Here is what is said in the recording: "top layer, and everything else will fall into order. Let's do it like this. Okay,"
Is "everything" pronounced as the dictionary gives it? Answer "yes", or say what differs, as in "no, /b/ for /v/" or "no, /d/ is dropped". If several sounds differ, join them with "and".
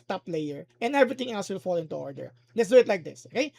no, /t/ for /θ/